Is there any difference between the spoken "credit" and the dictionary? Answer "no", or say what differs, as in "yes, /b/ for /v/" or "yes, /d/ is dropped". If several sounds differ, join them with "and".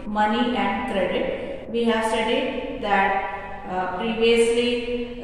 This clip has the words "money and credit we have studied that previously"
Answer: no